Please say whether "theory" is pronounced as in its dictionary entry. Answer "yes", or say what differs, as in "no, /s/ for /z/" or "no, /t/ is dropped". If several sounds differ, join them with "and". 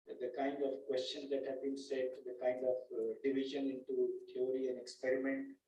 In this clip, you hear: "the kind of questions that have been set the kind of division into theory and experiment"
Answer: no, /t/ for /θ/